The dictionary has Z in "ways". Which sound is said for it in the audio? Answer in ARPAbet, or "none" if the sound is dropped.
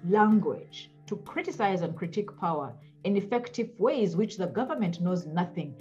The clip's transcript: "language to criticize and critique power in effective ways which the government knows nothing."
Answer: Z